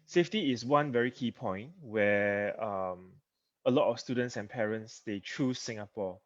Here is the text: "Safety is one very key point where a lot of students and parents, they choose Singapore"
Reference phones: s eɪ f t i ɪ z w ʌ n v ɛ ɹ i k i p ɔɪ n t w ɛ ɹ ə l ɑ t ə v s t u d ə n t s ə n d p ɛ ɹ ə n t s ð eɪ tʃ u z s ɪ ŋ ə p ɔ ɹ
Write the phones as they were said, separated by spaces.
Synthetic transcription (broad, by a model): s eɪ f t i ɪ s w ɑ n v ɛ ɹ i k i p ɔɪ n t w ɛ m ə l ɑ t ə f s t u d ə n t s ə n p ɛ ɹ ə n t s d eɪ tʃ u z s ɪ ŋ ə p ɔ